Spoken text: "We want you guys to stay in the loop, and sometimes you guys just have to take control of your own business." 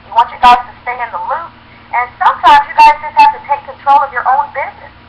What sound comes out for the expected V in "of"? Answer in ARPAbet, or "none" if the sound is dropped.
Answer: V